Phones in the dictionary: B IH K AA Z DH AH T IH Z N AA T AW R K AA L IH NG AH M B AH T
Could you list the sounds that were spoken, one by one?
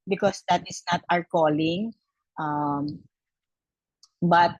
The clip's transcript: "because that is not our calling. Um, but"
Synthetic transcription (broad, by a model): B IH K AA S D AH T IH S N AA T AW R K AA L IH NG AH M B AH T